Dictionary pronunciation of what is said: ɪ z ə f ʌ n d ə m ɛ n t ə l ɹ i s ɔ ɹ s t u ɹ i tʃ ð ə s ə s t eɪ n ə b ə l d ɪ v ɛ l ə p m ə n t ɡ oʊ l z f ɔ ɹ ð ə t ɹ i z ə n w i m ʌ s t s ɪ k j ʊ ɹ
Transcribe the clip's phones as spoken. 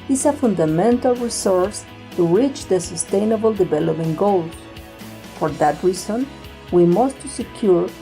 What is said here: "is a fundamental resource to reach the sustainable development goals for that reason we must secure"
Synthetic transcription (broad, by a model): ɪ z ə f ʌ n d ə m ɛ n t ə l ɹ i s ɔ ɹ s t u ɹ i tʃ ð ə s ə s t eɪ n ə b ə l d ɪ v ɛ l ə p ə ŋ ɡ oʊ l f ɔ ɹ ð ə t ɹ i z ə n w i m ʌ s t s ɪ k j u ɹ